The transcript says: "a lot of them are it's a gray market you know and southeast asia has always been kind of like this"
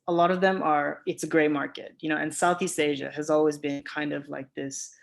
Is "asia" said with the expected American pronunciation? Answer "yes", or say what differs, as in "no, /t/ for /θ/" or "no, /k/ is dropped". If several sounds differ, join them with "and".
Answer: yes